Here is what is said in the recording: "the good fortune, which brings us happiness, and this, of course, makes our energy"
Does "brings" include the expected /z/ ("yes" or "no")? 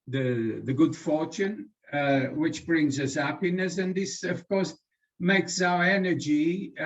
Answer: yes